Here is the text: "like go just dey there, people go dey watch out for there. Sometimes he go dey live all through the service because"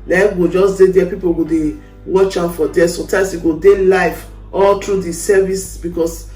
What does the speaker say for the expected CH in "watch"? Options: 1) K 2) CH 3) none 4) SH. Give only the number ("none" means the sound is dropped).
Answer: 2